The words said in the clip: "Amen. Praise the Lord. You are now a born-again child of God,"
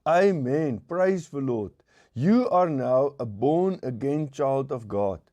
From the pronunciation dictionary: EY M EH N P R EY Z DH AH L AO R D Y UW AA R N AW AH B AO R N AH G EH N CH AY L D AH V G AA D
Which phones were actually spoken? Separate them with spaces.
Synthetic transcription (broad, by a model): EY M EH N P R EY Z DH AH L AO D Y UW AA R N AW AH B AO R N AH G EH N CH AY L D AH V G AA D